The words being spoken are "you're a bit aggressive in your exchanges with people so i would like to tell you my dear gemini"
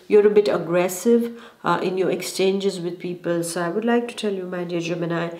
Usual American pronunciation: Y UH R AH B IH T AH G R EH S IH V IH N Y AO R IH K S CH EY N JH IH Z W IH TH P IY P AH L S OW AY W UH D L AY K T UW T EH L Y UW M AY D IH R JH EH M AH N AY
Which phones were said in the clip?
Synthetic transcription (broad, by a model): Y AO R AH B IH T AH G R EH S IH V IH N Y AO R IH K S CH EY N JH IH Z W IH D P IY P AH L S OW AY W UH D L AY K T UW T EH L Y UW M AY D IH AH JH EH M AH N AY